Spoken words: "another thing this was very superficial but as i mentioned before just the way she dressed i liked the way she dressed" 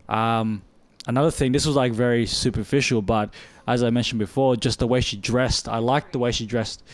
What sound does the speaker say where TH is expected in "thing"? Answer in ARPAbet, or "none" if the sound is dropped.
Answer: TH